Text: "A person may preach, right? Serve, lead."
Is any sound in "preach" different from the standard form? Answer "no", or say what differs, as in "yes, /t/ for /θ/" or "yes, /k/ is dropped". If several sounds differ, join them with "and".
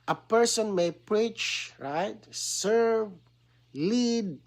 no